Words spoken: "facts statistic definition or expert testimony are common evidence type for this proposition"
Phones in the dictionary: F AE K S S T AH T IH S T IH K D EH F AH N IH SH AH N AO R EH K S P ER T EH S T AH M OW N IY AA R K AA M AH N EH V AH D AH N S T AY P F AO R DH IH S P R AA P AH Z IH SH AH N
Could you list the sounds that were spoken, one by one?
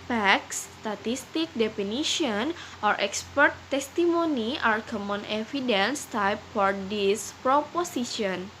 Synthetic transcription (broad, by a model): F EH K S S T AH T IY S T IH K D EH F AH N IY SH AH N AO R EH K S P ER T EH S T AH M OW N IY AA R K AA M AH N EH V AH D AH N S T AY P F AO R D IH S P R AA P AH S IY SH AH N